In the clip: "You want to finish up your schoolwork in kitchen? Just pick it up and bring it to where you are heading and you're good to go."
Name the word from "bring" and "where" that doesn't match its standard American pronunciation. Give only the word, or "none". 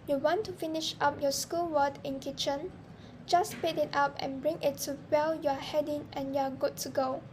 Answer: where